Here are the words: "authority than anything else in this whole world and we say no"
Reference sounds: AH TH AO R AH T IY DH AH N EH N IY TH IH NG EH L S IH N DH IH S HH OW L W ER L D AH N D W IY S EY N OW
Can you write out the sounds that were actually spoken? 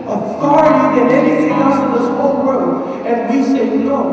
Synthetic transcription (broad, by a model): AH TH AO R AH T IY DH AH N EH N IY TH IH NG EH S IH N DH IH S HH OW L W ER D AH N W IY S EY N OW